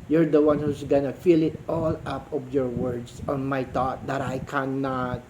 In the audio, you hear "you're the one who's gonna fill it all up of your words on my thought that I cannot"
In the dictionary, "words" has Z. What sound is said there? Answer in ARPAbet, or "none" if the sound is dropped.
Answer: S